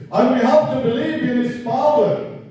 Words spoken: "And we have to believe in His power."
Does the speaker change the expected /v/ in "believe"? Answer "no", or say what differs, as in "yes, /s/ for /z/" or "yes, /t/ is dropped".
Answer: no